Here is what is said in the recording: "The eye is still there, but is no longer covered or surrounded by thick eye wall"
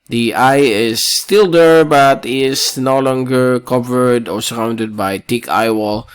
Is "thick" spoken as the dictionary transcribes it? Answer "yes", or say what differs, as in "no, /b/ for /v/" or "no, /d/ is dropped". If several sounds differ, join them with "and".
no, /t/ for /θ/